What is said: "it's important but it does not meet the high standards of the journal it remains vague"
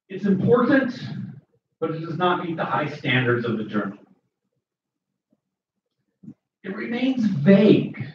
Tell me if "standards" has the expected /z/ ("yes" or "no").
yes